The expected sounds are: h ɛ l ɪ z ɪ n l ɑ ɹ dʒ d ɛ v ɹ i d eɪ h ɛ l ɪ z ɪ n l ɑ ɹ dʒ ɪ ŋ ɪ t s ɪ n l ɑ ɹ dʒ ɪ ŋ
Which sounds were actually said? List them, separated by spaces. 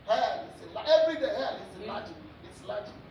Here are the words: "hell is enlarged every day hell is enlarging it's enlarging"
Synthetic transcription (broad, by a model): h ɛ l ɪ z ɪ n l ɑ ɛ v ɹ i d eɪ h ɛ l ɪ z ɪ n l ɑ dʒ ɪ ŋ ɪ t s l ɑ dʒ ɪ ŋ